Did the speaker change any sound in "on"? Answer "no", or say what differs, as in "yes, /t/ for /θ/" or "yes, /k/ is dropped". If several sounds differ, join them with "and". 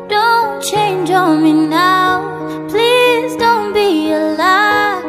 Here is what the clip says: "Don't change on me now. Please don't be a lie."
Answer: yes, /l/ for /n/